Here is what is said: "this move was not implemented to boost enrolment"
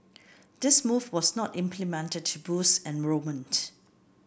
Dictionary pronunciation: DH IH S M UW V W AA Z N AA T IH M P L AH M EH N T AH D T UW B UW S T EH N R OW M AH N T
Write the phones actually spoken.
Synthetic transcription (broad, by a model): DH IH S M UW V W AA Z N AA T IH M P L AH M EH N T AH D T UW B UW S EH N R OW M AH N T